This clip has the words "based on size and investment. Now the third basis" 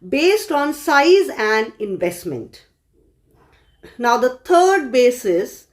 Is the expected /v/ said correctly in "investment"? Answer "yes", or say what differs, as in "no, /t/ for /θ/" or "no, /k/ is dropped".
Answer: yes